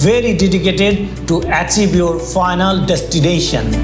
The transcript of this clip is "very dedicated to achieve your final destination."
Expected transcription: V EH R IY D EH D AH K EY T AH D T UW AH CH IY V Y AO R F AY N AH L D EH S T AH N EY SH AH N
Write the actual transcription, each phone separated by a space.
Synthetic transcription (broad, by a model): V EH R IY D EH D AH K EY T AH D T UW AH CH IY B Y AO R F AY N AH L D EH S T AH N EY SH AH N